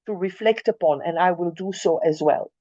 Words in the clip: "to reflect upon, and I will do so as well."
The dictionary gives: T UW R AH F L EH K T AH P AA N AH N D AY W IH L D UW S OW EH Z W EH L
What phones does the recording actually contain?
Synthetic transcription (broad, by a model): T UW R AH F L EH K T AH P AA N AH N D AY W IH L D UW S OW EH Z W EH L